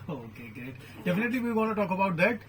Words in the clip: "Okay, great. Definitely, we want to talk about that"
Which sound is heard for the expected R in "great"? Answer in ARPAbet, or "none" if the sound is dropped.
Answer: none